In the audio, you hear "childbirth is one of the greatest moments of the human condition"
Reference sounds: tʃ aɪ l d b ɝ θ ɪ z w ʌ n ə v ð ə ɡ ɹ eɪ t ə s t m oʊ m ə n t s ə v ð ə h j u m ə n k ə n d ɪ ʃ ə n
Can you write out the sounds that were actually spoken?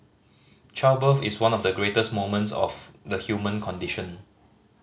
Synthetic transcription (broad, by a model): tʃ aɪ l b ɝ f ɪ s w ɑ n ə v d ə ɡ ɹ eɪ t ə s t m oʊ m ə n t s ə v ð ə h j u m ə n k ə n d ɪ ʃ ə n